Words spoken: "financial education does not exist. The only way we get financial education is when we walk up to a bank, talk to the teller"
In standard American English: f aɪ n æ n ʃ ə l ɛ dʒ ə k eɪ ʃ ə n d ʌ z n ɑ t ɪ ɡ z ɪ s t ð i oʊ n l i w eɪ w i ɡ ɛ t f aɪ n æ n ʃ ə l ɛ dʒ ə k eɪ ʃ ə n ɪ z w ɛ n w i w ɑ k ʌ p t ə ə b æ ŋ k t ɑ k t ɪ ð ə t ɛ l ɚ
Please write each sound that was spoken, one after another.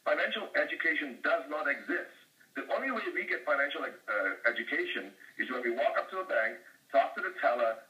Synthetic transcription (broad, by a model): f aɪ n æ n ʃ l ɛ dʒ ə k eɪ ʃ ə n d ʌ z n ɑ t ɪ ɡ z ɪ s t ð i oʊ n l i w eɪ w i ɡ ɛ t f aɪ n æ n ʃ l ɛ dʒ ə k eɪ ʃ ə n ɪ z w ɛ n w i w ɑ k ʌ p t ə ə b æ ŋ k t ɑ k t ɪ ð ə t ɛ l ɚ